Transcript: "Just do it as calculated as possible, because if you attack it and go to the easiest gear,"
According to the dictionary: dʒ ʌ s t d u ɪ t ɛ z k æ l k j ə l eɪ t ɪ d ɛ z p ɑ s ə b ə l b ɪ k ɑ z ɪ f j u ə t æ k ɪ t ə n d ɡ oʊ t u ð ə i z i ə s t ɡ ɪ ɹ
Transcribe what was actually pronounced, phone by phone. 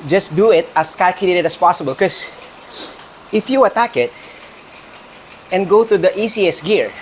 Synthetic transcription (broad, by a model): dʒ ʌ s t d u ɪ t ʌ s k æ l k j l eɪ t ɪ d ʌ s p ɑ s ə b ə l k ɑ s ɪ f j u ə t æ k ɪ t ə n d ɡ oʊ t u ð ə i s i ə s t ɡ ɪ ɹ